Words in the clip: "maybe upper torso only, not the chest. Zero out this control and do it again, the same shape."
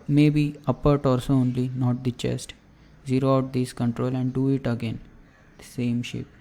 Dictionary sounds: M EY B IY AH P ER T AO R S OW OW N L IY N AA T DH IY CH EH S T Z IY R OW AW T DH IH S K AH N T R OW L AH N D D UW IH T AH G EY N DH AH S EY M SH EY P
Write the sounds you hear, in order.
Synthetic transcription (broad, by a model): M EY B IY AH P ER T AO L S OW OW N L IY N AA T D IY CH EH S T Z IY R OW AW T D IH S K AH N T R OW L AH N D D UW IH T AH G EY N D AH S EY M SH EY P